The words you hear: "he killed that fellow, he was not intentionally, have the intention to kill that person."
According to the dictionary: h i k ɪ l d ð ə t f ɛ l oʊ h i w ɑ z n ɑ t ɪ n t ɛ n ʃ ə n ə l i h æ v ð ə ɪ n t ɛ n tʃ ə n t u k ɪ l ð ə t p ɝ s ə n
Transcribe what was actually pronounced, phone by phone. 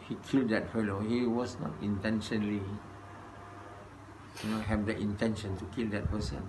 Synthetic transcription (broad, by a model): h i k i l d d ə t f ɛ l oʊ h i w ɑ s n ɑ t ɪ n t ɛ n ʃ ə n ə n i h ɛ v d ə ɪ n t ɛ n ʃ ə n t u k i l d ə t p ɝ s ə n